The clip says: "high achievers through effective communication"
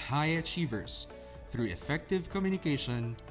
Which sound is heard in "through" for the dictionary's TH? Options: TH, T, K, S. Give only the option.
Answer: TH